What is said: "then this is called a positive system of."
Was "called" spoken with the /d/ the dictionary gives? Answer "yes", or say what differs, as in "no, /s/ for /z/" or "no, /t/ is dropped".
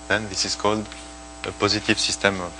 yes